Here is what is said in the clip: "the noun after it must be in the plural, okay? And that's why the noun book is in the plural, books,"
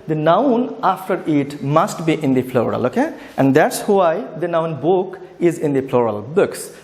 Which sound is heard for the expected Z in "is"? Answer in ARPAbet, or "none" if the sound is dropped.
Z